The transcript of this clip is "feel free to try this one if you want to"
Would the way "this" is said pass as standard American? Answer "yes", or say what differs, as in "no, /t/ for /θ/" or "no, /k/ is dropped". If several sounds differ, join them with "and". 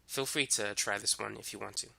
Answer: yes